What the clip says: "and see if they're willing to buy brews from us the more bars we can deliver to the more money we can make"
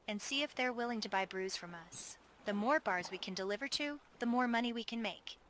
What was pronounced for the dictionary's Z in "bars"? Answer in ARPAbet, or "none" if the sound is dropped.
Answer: Z